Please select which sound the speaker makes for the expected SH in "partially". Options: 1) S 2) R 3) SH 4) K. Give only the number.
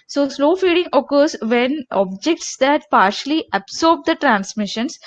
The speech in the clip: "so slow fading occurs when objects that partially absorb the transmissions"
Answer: 3